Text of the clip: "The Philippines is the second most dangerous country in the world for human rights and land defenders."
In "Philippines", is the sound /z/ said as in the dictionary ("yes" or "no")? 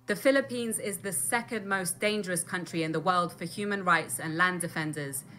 yes